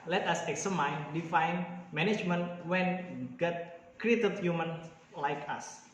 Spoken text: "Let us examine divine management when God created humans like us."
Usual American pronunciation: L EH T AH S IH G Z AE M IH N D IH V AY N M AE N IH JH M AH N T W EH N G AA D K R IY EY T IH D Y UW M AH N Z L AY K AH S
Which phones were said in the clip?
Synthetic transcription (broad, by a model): L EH T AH S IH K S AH M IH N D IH F AY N M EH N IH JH M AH N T W EH N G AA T K R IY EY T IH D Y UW M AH N L AY K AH S